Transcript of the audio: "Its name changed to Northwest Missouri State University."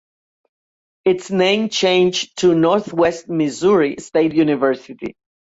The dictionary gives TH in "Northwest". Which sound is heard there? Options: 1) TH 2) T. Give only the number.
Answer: 1